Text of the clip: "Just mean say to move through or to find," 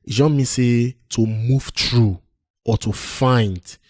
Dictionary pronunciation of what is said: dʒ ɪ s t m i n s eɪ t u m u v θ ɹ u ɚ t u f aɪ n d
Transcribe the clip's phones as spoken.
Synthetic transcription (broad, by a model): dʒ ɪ m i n s eɪ t u m u v t ɹ u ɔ t u f aɪ n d